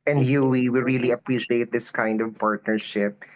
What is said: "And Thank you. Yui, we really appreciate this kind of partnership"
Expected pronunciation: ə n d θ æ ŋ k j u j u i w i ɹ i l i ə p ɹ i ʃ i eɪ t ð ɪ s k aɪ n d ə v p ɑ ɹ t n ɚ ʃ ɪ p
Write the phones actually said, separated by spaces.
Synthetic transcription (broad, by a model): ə n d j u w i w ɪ ɹ i l i ə p ɹ i ʃ i eɪ t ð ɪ s k aɪ n d ə v p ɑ ɹ t n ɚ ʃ ɪ p